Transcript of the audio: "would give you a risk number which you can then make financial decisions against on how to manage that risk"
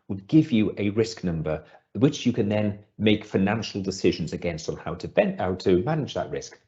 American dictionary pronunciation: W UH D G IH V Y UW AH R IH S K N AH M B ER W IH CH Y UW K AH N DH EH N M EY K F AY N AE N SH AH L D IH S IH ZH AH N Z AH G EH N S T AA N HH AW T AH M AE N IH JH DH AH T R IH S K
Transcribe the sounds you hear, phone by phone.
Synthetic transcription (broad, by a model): W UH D G IH V Y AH AH R IH S K N AH M B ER W IH CH Y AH K AH N DH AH N M EY K F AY N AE N SH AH L D IH S IH ZH AH N Z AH G EH N S T AA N HH AW T AH M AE N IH JH DH AH T R IH S K